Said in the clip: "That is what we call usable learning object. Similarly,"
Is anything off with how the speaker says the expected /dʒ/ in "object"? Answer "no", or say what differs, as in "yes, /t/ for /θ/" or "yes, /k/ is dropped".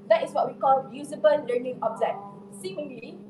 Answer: yes, /z/ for /dʒ/